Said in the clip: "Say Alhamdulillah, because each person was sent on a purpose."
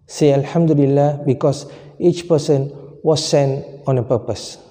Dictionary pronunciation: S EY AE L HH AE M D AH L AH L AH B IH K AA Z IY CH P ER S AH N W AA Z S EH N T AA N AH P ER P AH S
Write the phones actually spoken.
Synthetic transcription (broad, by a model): S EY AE L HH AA M D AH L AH L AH B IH K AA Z IY CH P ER S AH N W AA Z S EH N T AA N AH P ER P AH S